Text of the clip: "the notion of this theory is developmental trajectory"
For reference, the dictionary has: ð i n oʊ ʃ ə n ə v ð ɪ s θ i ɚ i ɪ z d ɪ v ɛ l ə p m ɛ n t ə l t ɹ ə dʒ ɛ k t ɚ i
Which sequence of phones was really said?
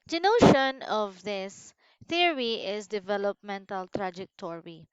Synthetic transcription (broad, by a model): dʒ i n oʊ ʃ ə n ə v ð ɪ s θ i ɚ i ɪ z d ɪ v ɛ l ə p m ɛ n t ə l t ɹ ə dʒ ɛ k t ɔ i